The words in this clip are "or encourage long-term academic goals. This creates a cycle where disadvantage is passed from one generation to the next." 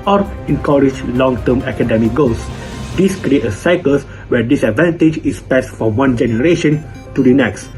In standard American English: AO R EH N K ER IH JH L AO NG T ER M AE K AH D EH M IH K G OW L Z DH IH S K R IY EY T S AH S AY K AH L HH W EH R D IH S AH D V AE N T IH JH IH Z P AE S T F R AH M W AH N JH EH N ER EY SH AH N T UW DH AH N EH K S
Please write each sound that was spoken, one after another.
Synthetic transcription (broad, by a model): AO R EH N K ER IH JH L AO NG T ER M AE K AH D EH M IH K G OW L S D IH S K R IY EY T AH S AY K AH L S W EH D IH S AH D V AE N T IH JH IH S P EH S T F R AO M W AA N JH EH N ER EY SH AH N T UW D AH N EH K S